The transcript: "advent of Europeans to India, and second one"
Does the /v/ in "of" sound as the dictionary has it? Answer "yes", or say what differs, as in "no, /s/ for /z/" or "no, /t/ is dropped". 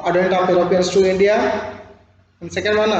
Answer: no, /p/ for /v/